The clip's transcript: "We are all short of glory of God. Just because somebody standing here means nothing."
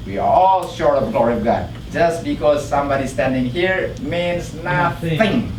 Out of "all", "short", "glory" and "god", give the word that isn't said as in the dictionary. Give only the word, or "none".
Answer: none